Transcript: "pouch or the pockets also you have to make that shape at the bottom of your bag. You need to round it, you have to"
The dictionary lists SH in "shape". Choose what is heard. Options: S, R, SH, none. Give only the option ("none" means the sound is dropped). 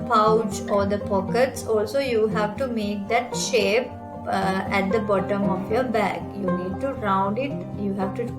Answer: SH